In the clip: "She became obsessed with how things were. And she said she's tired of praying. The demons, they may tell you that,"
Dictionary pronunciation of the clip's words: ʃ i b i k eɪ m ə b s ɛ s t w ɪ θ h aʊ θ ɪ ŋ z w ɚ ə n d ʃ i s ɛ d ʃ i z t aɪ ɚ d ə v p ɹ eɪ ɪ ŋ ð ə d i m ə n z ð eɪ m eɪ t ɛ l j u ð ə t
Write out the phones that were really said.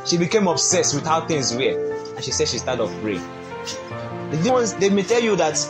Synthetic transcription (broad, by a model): ʃ i b i k eɪ m ə b s ɛ s t w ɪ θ h aʊ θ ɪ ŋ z w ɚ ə n ʃ i s ɛ d ʃ i s t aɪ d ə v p ɹ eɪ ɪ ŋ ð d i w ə n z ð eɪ m eɪ t ɛ l j u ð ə t